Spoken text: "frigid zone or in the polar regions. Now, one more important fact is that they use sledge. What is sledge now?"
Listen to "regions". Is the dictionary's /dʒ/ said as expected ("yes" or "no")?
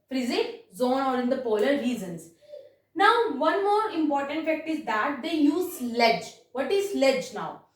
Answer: no